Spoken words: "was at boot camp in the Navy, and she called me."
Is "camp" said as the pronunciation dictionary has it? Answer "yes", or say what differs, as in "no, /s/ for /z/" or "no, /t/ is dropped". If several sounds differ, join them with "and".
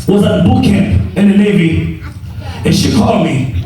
yes